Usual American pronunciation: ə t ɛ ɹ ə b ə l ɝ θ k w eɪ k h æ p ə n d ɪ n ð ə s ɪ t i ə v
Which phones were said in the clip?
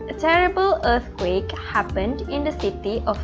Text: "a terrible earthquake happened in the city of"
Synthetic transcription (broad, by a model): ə t ɛ ɹ ə b ə l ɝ t k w eɪ k h æ p ə n d ɪ n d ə s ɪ t i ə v